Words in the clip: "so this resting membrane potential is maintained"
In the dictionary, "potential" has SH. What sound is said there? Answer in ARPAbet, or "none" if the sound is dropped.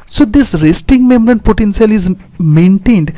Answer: S